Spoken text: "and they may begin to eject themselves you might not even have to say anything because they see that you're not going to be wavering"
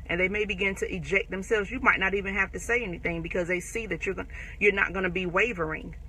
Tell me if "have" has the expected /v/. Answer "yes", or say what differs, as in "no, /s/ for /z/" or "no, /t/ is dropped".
no, /f/ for /v/